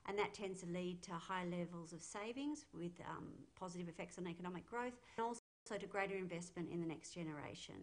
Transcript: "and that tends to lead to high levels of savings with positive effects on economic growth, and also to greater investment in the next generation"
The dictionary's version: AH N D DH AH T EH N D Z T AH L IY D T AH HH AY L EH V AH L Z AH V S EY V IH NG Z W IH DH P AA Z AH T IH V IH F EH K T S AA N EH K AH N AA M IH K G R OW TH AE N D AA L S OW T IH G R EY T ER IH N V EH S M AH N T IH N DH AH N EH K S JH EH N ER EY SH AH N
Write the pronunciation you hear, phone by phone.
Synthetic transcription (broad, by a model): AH N DH AH T EH N D Z T AH L IY D T AH HH AY L EH V AH L Z AH V S EY V IH NG Z W IH DH P AA Z AH T IH V IH F EH K T S N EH K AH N AA M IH K G R OW TH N AA L S OW T IH G R EY T ER IH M V EH S M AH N T IH N DH AH N EH K S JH EH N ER EY SH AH N